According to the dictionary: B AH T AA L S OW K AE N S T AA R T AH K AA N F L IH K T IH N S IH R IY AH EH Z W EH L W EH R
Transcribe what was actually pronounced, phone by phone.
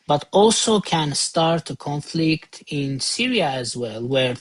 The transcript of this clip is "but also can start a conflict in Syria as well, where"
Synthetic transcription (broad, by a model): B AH T AA L S OW K AE N S T AA R T AH K AA N F L IH K T IH N S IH R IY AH Z W EH L W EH R